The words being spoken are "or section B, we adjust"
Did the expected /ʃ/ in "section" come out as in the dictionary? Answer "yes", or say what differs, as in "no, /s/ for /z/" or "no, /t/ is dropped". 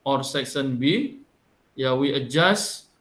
no, /s/ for /ʃ/